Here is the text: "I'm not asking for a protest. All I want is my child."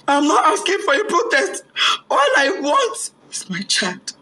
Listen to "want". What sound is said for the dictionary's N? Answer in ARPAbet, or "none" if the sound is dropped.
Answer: N